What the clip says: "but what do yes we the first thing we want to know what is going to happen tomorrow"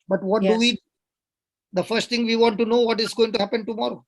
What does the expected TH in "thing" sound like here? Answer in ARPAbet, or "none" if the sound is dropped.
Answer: T